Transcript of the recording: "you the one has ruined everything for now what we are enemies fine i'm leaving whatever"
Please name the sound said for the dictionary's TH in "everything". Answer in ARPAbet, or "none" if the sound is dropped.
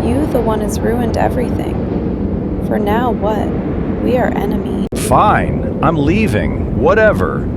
TH